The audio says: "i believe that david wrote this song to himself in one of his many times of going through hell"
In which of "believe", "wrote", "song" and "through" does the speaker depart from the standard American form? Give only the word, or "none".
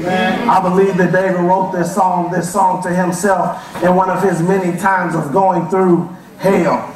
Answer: none